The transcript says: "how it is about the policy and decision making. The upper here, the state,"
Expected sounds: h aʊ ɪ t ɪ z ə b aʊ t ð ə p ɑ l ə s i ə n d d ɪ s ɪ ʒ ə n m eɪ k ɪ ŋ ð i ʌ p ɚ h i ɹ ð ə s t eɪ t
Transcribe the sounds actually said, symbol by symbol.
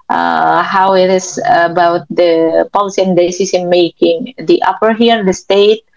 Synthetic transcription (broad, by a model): h aʊ ɪ t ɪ s ə b aʊ t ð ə p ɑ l s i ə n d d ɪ s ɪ s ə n m eɪ k ɪ ŋ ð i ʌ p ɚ h i ɹ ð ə s t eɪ t